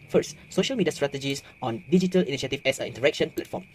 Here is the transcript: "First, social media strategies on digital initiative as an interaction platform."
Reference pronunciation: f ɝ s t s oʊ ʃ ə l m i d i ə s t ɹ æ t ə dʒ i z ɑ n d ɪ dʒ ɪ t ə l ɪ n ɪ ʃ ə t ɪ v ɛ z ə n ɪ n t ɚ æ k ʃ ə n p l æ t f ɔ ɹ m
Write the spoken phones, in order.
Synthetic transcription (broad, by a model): f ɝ s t s oʊ ʃ ə l m i d i ə s t ɹ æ t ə dʒ i s ɑ n d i dʒ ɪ t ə l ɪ n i ʃ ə t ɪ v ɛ s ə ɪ n t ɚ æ k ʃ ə n p l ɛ t f ɔ m